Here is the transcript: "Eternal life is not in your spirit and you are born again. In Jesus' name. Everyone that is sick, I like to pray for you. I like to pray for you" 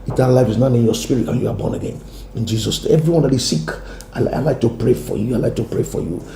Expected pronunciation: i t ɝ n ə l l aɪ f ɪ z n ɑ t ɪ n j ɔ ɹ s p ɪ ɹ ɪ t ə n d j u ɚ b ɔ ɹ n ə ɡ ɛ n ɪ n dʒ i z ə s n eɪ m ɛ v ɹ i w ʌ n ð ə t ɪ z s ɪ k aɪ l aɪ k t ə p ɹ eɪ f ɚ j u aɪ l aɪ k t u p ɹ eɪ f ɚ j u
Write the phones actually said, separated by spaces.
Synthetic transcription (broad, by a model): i t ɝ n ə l l aɪ f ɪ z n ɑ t ɪ n j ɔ s p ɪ ɹ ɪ t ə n j u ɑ b ɔ n ə ɡ ɛ n ɪ n dʒ i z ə s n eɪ ɛ v ɹ i w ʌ n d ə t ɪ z s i k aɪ l aɪ k t ə p ɹ eɪ f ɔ j u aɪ l aɪ k t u p ɹ eɪ f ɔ j u